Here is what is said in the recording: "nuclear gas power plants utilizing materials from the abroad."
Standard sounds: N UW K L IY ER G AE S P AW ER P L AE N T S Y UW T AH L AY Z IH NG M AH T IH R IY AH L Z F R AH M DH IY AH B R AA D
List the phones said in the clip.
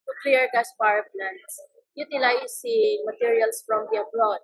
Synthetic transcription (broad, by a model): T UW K L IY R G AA S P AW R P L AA N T S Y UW T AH L AY S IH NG M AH T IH R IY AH L S F R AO M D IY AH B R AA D